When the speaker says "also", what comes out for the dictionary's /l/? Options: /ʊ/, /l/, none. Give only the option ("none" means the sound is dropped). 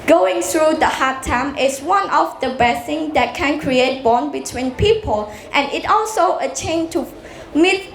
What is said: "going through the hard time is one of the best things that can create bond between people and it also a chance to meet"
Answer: /l/